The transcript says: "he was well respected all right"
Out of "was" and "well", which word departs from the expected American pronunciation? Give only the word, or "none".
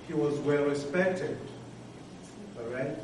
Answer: none